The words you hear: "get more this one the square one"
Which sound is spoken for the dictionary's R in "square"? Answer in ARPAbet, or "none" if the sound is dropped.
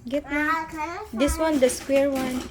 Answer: R